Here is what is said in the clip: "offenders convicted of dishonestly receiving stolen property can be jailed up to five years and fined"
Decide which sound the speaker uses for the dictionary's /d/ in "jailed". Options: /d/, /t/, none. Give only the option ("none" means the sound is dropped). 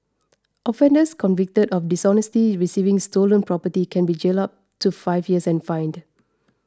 none